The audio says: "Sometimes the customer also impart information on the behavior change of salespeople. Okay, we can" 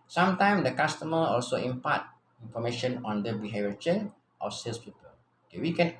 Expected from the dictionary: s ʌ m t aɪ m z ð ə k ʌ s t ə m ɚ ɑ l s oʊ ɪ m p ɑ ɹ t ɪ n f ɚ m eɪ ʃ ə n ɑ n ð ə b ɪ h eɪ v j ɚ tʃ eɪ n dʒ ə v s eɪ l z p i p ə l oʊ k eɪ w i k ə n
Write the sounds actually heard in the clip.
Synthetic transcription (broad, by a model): s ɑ m t aɪ m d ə k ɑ s t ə m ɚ ɑ l s oʊ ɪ m p ɑ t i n f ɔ m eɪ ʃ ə n ɑ n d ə b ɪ h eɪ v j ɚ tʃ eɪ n ə f s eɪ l s p i p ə l oʊ k eɪ w i k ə n